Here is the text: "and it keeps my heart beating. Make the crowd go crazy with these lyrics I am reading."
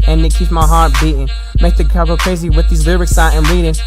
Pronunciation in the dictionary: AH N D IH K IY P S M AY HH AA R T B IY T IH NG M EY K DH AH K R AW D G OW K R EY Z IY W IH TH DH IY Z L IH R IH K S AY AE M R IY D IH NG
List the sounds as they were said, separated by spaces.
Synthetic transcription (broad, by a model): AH N IH K IY P S M AY HH AA R T B IY T IH NG M EY K DH AH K AW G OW K R EY Z IY W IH DH IY Z L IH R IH K S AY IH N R IY D IH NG